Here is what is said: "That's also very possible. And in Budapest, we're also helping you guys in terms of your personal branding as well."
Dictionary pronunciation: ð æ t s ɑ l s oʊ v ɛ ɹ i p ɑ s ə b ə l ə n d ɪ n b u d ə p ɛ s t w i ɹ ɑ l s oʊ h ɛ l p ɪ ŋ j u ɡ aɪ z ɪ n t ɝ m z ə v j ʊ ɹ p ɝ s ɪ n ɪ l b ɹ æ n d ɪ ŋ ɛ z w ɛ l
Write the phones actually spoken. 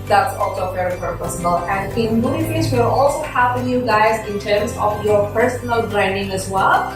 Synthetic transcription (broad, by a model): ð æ t s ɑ l s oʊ v ɛ ɹ i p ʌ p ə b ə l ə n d ɪ n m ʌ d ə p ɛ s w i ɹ ɑ l s oʊ h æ p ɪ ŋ j u ɡ aɪ z ɪ n t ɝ m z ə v j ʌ ɹ p ɝ s ɪ n ɪ l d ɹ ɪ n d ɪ ŋ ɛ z w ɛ l